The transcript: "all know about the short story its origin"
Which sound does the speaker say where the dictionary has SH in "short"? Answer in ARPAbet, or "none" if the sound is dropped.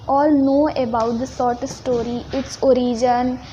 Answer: S